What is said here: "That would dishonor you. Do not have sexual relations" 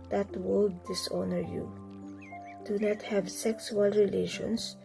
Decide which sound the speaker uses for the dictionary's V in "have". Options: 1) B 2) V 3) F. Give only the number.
2